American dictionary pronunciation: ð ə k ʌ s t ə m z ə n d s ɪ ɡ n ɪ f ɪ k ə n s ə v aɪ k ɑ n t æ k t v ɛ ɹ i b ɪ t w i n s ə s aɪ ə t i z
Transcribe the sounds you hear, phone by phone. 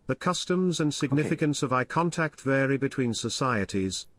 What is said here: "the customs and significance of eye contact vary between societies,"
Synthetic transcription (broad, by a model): ð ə k ʌ s t ə m z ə n s ɪ ɡ n ɪ f ɪ k ə n s ə v aɪ k ɑ n t æ k t v ɛ ɹ i b ɪ t w i n s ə s aɪ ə t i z